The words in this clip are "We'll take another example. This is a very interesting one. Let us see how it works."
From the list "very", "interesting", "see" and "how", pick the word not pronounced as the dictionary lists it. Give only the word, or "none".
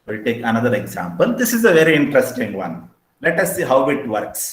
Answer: none